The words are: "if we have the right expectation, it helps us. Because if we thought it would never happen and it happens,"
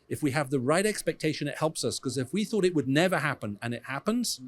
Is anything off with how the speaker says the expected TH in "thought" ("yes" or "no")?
no